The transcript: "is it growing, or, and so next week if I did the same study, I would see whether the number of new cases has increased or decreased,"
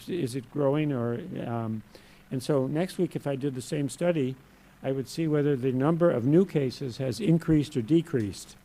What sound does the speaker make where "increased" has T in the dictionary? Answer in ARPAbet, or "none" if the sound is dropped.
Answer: T